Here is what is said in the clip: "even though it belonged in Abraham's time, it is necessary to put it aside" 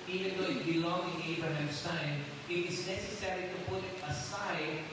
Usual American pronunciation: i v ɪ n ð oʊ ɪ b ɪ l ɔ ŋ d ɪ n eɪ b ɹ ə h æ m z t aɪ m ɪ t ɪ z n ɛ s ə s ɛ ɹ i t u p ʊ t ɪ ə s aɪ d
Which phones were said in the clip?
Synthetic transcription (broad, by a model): i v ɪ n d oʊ ɪ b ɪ l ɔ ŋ ɪ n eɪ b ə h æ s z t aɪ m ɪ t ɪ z n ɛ s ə s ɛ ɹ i t u p ʊ t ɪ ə s aɪ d